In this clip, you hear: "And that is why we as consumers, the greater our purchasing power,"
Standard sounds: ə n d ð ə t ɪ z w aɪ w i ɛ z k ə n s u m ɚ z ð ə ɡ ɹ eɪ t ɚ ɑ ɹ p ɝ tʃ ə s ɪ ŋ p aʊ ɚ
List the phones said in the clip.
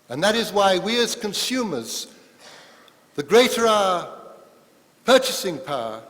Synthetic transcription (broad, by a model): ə n ð ə t ɪ z w aɪ w i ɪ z k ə n s u m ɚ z ð ə ɡ ɹ eɪ t ɚ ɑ p ɝ tʃ ə s ɪ ŋ p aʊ